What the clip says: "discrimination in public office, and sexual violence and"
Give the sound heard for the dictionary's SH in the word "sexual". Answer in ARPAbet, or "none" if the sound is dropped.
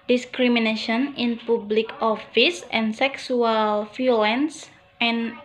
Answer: S